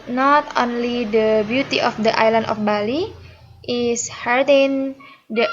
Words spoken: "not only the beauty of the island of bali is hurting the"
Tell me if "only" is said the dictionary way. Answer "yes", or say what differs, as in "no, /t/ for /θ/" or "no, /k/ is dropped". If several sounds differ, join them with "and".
yes